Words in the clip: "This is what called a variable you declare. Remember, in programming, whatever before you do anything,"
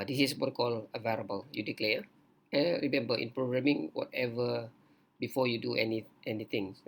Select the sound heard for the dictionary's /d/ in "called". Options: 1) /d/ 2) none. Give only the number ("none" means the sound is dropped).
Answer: 2